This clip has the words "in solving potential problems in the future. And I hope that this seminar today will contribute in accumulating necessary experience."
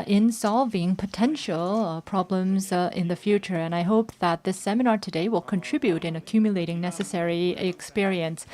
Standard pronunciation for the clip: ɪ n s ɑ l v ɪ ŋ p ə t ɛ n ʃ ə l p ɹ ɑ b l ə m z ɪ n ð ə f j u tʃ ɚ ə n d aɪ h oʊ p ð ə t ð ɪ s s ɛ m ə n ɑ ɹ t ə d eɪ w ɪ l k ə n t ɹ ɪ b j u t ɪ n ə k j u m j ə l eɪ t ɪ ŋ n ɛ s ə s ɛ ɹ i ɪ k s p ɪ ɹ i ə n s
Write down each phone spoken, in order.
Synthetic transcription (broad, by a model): ɪ n s ɑ l v ɪ ŋ p ə t ɛ n ʃ ə l p ɹ ɑ b l ə m z ɪ n ð ə f j u tʃ ɚ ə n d aɪ h oʊ p ð ə t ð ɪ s s ɛ m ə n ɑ ɹ t ə d eɪ w ɪ l k ə n t ɹ ɪ b j u t ɪ n ə k j u m j ə l eɪ t ɪ ŋ n ɛ s ə s ɛ ɹ i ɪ k s p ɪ ɹ i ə n s